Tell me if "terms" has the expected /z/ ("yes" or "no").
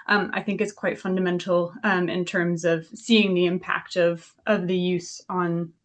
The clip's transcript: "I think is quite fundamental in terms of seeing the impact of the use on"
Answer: yes